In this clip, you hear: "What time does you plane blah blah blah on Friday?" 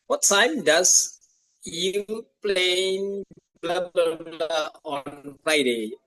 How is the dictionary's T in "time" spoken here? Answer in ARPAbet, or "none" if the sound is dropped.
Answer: S